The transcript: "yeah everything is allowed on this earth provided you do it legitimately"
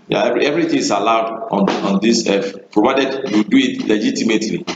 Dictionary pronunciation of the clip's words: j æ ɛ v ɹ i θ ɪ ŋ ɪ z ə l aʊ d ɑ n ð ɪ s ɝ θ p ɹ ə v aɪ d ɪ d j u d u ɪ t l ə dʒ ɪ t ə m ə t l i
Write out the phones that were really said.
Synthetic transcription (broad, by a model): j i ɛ v ɹ i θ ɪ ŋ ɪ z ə l aʊ d ɑ n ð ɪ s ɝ f p ɹ ə v aɪ d ɪ d j u d u ɪ t l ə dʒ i t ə m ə t l i